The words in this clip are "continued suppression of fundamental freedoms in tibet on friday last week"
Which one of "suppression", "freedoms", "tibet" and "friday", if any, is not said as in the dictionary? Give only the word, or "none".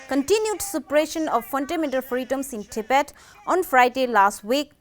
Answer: freedoms